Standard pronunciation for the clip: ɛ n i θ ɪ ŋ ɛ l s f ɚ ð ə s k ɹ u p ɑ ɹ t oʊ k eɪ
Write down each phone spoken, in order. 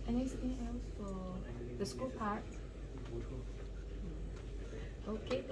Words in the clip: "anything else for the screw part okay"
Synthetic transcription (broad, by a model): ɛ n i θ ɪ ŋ ɛ l s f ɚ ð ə s k u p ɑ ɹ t oʊ k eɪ